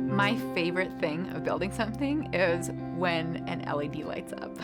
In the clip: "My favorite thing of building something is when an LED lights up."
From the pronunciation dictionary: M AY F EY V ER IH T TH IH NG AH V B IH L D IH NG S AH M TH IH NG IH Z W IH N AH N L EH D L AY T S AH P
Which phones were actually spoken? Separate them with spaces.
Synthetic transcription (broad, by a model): M AY F EY V ER IH T TH IH NG AH V B IH L D IH NG S AH M TH IH NG IH Z W IH N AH N L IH D L AY T S AH P